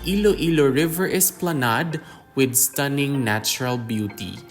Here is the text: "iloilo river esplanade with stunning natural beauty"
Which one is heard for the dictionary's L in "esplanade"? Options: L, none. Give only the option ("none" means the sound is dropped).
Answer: L